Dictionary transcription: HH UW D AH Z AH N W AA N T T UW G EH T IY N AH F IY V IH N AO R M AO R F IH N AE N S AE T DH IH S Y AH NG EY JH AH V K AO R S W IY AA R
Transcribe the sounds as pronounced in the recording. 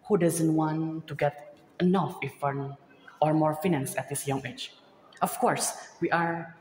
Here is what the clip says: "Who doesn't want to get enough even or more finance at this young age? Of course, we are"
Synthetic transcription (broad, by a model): HH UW D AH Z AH N W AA N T T UW G EH T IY N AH F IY F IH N AO R M AO R F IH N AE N S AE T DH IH S Y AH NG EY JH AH F K AO R S W IY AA R